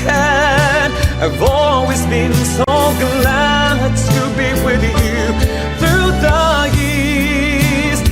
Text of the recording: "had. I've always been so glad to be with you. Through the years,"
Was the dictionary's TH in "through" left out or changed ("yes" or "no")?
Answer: no